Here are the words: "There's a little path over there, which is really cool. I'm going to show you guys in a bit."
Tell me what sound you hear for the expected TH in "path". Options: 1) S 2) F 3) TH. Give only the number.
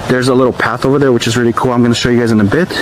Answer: 3